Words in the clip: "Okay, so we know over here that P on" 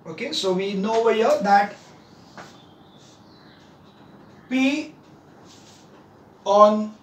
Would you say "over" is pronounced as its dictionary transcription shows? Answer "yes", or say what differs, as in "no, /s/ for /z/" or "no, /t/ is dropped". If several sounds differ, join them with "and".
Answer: no, /w/ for /v/